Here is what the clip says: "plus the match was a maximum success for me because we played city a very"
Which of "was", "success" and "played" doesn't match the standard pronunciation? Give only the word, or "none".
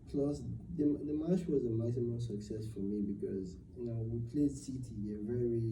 none